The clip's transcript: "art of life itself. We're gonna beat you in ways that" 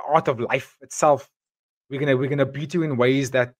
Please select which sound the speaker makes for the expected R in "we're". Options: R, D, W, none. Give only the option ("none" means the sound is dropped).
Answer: W